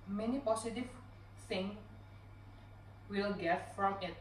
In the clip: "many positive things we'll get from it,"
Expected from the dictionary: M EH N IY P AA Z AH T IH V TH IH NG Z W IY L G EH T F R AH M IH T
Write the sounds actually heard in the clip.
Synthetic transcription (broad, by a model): M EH N IY P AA S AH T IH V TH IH NG W IY L G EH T F R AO M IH T